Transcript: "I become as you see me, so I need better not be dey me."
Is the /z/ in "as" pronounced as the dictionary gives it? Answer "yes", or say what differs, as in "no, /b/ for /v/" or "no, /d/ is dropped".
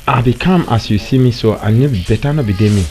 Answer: no, /s/ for /z/